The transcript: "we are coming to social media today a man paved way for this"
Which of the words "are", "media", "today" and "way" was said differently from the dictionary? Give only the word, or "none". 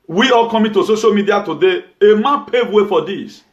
are